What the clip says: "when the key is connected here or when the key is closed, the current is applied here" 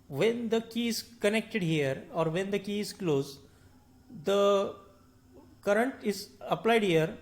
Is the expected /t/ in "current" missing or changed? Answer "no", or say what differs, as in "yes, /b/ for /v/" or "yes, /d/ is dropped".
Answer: no